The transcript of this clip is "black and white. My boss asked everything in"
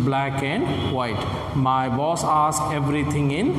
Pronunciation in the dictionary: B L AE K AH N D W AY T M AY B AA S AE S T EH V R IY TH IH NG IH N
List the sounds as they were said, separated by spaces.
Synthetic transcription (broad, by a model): B L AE K AH N D W AY T M AY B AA S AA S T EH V R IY T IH NG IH N